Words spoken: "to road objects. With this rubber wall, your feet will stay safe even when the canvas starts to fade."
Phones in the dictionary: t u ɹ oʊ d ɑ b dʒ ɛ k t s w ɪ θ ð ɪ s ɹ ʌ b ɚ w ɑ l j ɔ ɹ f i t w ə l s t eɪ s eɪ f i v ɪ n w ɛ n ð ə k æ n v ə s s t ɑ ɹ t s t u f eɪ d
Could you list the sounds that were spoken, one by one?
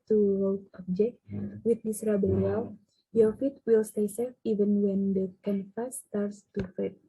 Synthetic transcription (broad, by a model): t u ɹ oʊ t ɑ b dʒ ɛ k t w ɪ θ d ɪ s ɹ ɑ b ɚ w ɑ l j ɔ f i t w ə l s t eɪ s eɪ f i v ɪ n w ɛ n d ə k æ n f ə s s t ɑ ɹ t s t u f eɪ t